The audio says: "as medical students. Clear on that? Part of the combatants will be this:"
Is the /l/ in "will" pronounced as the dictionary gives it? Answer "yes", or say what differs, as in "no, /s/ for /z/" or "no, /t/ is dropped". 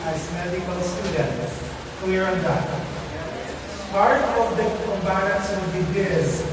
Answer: no, /n/ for /l/